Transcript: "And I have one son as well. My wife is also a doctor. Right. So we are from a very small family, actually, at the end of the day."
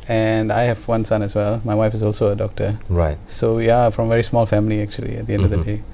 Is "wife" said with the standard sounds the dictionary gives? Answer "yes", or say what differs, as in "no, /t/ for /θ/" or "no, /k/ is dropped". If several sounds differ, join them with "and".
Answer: yes